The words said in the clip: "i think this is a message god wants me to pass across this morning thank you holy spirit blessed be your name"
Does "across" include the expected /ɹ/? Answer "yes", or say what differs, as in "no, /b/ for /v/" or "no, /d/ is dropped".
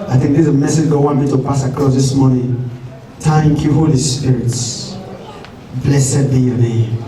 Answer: no, /l/ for /ɹ/